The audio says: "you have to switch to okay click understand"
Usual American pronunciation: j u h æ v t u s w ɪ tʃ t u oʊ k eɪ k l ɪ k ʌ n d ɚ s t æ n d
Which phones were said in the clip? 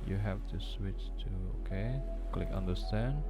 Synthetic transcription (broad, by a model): j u h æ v t u s w ɪ tʃ t u oʊ k eɪ k l ɪ k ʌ n d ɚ s t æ n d